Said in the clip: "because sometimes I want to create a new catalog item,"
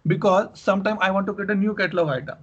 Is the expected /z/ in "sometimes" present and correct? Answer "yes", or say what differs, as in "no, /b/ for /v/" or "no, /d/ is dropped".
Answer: no, /z/ is dropped